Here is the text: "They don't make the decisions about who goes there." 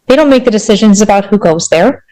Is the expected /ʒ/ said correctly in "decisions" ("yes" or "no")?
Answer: yes